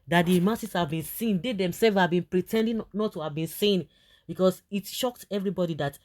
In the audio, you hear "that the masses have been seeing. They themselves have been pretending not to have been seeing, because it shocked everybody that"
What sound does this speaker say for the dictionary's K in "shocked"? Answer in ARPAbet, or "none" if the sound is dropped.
K